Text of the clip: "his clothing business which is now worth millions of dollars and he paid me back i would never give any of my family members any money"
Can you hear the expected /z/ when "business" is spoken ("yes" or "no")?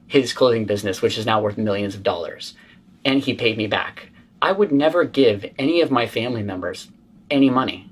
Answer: yes